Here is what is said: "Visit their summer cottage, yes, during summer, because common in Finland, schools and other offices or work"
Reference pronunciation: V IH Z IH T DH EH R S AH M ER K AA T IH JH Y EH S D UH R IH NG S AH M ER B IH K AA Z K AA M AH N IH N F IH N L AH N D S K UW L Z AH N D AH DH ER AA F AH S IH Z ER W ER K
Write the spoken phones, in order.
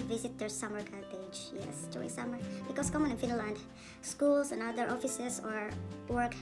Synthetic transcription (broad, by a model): V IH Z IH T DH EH R S AH M ER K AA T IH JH Y EH S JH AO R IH S AH M ER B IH K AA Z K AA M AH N IH N F IH N L AH N D S K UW L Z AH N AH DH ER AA F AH S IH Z ER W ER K